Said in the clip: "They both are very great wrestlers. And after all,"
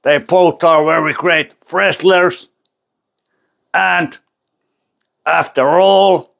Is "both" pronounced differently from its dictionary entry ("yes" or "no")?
yes